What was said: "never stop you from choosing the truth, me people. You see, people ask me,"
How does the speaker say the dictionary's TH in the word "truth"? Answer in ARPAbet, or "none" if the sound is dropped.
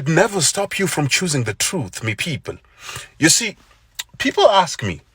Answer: TH